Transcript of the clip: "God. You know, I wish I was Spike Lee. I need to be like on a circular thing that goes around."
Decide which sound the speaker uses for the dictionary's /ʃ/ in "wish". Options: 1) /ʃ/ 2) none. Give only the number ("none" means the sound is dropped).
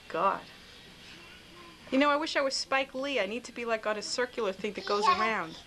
1